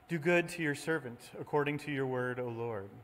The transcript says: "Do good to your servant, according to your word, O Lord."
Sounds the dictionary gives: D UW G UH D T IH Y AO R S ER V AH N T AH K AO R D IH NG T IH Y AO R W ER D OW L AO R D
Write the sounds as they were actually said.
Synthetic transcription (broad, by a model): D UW G UH D T IH Y AO R S ER V AH N T AH K AO R D IH NG T IH Y AO R W ER D OW L AO R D